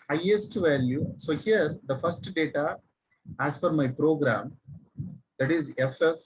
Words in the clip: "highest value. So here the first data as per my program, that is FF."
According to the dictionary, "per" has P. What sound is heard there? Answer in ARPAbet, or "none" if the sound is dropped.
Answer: F